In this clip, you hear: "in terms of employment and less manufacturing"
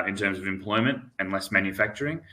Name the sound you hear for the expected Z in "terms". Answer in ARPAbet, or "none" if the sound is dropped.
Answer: Z